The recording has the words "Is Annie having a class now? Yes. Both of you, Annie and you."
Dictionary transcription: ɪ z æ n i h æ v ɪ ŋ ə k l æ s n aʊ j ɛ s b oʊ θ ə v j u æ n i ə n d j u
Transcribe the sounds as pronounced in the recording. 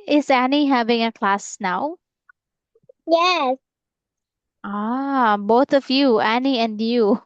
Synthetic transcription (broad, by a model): ɪ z æ n i h æ v ɪ ŋ ə k l æ s n aʊ j ɛ s b oʊ θ ə v j u æ n i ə n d j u